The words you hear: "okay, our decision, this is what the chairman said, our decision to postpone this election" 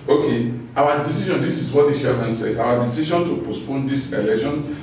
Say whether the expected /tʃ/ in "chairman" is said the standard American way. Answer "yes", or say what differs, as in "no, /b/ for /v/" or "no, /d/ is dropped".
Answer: no, /ʃ/ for /tʃ/